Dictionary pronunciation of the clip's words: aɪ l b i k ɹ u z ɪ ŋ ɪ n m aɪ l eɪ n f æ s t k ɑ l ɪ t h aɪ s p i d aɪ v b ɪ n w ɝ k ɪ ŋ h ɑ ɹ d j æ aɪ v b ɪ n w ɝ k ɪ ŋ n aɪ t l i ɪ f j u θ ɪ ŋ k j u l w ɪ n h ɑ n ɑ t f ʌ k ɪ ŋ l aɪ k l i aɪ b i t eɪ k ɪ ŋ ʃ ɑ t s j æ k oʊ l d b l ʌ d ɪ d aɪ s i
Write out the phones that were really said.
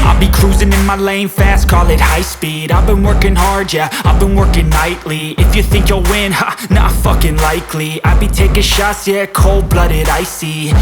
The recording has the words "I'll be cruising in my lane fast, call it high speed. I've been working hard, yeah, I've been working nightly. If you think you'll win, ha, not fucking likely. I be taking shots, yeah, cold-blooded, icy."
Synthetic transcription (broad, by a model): aɪ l b i k ɹ u z ɪ ŋ ɪ n m aɪ l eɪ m f æ s t k ɑ l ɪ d h aɪ s p i d aɪ v b ɪ n w ɝ k ɪ ŋ h ɑ ɹ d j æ aɪ v b ɪ n w ɝ k ɪ ŋ n aɪ t l i ɪ f j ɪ θ ɪ ŋ k j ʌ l w ɪ n h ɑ n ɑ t f ʌ k ɪ ŋ l aɪ k l i aɪ b i t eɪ k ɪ ʃ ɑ s j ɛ k oʊ l d b l ʌ d ɪ d aɪ s i